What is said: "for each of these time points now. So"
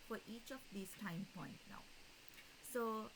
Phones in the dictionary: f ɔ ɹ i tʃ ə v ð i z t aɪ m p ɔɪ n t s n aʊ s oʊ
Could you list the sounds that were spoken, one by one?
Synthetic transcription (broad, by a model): f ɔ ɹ i tʃ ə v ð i s t aɪ m p ɔɪ n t n aʊ s oʊ